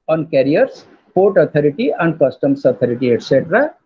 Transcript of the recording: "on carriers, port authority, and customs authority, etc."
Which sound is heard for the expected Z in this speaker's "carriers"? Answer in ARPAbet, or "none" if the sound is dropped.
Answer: S